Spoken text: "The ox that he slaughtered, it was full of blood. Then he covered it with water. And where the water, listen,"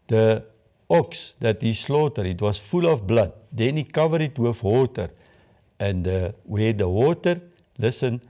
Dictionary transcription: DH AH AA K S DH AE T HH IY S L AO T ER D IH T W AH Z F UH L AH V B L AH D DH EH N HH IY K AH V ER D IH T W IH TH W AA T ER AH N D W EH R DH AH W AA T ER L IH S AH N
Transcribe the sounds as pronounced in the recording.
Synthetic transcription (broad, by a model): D AH AA K S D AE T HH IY S L AO T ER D IH T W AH S F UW L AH F B L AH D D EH N IY K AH V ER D IH T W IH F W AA T ER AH N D W EH R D AH W AA T ER L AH S AH N